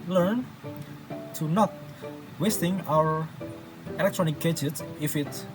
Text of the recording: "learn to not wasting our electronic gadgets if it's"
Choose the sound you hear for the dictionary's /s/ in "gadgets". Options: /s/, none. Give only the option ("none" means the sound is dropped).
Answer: none